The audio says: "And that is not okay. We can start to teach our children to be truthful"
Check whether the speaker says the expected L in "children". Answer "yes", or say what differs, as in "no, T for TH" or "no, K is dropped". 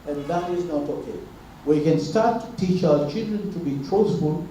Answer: yes